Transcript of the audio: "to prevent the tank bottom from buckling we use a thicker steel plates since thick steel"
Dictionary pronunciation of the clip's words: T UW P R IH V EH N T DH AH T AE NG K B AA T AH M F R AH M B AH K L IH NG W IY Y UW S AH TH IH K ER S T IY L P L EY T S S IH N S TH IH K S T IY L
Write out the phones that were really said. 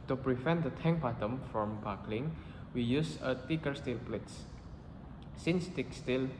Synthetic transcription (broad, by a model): T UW P R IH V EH N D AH T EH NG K B AA T AH M F R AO M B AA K L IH NG W IY Y UW S AH T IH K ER S T IY L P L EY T S S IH N S T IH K S T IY L